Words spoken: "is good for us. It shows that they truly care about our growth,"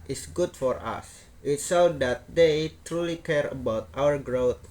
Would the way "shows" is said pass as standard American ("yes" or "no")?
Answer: no